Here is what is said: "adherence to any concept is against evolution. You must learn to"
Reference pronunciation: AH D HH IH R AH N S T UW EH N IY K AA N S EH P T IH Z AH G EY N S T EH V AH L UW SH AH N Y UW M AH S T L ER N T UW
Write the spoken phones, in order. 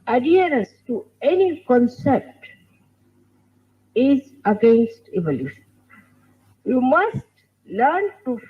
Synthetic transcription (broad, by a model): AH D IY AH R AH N S T UW EH N IY K AA N S EH P T IH Z AH G EY N S T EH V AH L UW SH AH N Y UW M AH S T L ER N T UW